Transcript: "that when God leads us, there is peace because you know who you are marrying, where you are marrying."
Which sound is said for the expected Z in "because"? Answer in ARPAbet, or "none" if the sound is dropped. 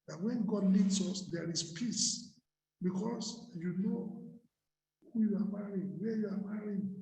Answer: S